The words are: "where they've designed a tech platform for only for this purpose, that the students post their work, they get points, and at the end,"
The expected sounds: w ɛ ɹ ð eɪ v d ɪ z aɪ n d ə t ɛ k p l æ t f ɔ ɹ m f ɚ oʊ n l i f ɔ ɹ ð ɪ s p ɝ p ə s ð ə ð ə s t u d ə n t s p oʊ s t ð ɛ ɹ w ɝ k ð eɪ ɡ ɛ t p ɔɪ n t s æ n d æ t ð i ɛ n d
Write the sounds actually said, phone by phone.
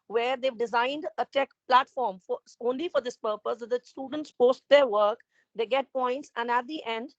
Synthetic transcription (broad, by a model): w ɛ ɹ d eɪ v d ɪ z aɪ n d ə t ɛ k p l æ t f ɔ ɹ m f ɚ oʊ n l i f ɔ ɹ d ɪ s p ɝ p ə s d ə s t u d ə n t s p oʊ s t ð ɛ ɹ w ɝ k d eɪ ɡ ɛ t p ɔɪ n t s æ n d æ t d i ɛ n d